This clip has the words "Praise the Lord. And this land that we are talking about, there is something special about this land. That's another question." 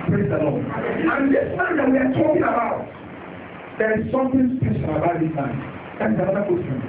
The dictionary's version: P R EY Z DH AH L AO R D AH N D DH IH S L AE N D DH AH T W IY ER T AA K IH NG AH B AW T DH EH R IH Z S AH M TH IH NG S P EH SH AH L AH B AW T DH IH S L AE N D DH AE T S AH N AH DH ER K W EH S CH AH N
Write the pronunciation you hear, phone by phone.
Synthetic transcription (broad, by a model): P R EY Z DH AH L AO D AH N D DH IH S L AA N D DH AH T W IY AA T AA K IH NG AH B AW T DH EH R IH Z S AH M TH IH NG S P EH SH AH N AH B AW T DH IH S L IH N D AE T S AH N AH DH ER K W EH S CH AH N